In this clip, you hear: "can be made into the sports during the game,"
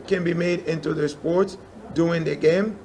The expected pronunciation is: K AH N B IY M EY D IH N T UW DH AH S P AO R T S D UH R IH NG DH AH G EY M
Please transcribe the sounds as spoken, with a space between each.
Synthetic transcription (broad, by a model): K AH N B IY M EY D IH N T UW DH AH S P AO R T S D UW IH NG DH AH G EY M